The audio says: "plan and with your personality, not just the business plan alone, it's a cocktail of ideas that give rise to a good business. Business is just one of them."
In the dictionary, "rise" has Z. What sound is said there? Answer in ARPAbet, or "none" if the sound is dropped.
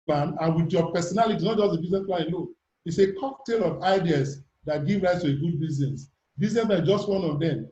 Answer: S